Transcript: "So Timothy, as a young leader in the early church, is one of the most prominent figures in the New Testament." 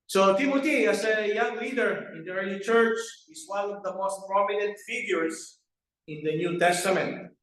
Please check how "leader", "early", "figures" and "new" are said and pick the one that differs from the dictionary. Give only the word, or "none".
figures